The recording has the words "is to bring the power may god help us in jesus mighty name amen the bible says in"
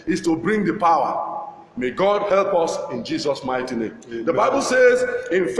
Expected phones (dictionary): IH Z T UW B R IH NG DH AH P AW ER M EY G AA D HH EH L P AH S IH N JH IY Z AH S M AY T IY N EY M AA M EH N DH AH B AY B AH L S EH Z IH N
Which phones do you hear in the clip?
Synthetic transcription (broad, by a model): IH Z T UW B R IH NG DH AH P AW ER M EY G AA D HH EH L P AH S IH N JH IY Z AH S M AY T IY N EY M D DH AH B AY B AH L S EH Z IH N